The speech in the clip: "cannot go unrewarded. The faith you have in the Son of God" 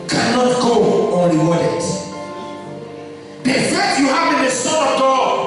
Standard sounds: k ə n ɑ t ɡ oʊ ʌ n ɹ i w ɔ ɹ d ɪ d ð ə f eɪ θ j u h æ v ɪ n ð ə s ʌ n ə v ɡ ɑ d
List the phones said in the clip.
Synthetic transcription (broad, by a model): k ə n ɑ t ɡ oʊ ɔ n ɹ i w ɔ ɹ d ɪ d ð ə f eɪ t j u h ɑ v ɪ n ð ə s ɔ ə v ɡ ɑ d